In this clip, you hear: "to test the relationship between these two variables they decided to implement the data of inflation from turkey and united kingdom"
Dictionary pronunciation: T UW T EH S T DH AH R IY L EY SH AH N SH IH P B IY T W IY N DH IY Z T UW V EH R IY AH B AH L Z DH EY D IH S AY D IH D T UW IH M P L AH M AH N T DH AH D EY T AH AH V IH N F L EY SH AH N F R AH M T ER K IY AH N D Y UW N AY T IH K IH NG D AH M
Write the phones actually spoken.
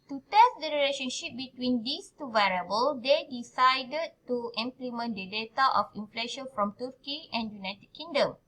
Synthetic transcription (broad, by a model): T UW T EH S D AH R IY L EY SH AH N SH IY P B IY T W IY N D IY S T UW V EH R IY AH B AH L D EY D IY S AY D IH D T UW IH M P L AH M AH N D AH D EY T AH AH F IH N F L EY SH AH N F R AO M T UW K IY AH N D Y UW N AY T IH K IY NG D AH M